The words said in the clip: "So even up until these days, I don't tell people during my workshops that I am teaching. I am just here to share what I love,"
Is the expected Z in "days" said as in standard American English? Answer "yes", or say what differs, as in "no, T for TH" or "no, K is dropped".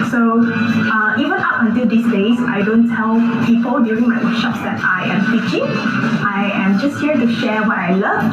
no, S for Z